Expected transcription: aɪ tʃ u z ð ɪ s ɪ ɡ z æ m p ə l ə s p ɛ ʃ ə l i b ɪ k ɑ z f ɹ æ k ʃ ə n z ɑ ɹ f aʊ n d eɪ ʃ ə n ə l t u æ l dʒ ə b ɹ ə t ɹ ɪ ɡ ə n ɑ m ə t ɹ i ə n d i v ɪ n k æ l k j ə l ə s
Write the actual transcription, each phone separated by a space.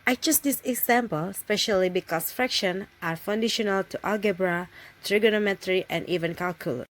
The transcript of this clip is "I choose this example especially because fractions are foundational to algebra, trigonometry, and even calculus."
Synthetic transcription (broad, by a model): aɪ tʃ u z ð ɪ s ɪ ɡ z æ m p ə l s p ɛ ʃ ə l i b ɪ k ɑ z f ɹ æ k ʃ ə n ɑ ɹ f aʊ n d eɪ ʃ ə n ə l t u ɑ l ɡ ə b ɹ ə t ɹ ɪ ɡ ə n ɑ m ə t ɹ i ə n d i v ɪ n k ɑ l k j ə l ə